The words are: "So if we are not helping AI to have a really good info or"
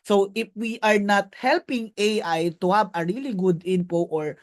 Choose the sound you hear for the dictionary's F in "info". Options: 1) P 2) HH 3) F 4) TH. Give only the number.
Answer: 1